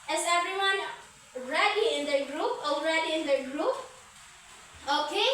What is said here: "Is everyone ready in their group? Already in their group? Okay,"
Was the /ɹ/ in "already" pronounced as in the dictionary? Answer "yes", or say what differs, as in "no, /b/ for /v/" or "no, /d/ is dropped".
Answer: yes